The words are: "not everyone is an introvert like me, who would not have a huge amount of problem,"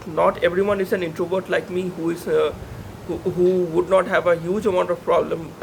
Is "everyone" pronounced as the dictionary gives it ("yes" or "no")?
yes